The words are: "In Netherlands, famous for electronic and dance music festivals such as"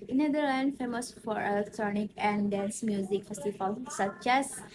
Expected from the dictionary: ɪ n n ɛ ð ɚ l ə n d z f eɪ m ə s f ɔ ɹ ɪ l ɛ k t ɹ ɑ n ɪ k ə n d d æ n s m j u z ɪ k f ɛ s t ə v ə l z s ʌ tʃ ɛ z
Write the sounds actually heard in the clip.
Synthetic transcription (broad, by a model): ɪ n n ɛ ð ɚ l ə n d f eɪ m ə s f ɔ ɹ ɪ l ɛ k t ɹ ɑ n ɪ k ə n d d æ n s m j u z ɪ k f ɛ s t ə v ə l s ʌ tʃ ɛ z